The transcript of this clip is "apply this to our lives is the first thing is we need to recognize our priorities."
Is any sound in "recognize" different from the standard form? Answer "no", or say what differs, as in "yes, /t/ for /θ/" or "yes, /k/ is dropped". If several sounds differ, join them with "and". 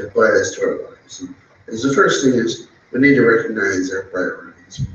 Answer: no